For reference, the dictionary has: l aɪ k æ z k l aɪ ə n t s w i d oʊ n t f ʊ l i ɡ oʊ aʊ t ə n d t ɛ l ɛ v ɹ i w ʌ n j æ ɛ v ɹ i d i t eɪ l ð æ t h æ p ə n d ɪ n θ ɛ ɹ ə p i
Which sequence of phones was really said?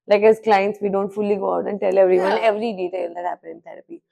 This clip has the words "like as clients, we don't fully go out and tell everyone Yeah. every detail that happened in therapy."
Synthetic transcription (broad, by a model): l aɪ k æ z k l aɪ ə n t s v i d oʊ n t f ʊ l i ɡ oʊ aʊ t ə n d t ɛ l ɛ v ɹ i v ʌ n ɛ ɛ v ɹ i d i t eɪ l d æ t h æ p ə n ɪ n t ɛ ɹ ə p i